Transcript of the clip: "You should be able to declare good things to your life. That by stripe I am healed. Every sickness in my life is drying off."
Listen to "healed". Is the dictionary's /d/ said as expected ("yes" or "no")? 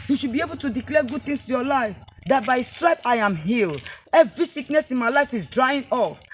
no